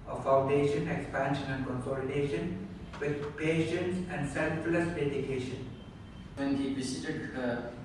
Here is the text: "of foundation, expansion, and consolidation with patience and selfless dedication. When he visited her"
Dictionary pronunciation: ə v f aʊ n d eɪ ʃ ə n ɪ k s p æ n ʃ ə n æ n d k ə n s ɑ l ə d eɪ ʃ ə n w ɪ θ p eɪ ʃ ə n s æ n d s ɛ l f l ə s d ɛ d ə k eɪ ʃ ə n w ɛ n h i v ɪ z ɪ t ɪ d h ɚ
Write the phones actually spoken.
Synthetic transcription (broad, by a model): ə f aʊ n d eɪ ʃ ə n ɪ k s p æ n ʃ ə n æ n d k ə n s ɑ l ə d eɪ ʃ ə n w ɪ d p eɪ ʃ ə n s æ n d s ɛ l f l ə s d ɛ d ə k eɪ ʃ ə n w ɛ n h i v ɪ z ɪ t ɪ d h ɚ